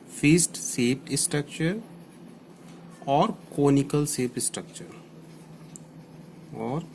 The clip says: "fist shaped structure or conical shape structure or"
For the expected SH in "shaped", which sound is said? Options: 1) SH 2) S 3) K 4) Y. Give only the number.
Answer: 2